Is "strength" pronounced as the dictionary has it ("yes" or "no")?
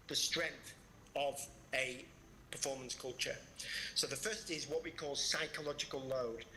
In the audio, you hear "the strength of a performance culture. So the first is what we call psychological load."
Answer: yes